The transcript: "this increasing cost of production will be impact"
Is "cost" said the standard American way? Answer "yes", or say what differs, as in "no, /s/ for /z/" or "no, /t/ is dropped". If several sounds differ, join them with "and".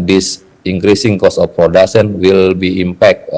no, /t/ is dropped